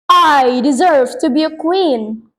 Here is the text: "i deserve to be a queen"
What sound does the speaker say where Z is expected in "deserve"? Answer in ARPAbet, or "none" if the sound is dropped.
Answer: Z